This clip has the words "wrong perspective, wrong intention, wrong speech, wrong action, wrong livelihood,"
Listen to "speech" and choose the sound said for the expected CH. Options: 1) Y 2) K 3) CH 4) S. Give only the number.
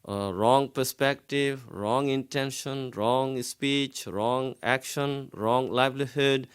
3